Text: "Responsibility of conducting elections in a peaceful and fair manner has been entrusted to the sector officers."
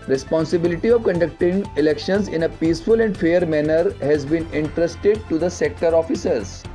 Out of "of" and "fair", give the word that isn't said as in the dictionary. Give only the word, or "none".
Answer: none